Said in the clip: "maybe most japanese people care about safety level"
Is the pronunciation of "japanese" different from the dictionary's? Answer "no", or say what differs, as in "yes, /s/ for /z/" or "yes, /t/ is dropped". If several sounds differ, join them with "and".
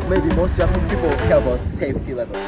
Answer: yes, /z/ is dropped